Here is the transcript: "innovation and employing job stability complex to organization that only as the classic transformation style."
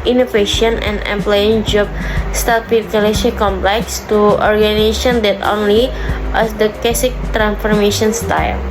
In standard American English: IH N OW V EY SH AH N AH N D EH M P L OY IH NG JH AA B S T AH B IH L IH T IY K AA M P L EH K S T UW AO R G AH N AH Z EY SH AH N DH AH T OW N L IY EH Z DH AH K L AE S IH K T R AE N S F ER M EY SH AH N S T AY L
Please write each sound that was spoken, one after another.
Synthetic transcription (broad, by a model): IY N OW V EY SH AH N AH N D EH M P L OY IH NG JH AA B S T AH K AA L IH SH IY K AA M P L EH K S T UW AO R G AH N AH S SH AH N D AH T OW N L IY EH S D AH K EH S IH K T R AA N S F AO M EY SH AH N S T AY L